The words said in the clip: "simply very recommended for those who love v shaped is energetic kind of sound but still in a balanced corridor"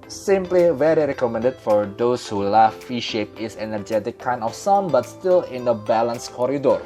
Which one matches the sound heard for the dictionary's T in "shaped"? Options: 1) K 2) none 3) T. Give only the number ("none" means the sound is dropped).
2